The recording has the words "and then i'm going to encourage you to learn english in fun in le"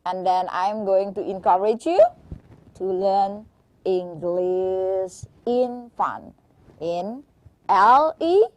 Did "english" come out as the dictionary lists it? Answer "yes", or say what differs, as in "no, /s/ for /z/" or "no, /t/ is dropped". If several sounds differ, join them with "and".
no, /s/ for /ʃ/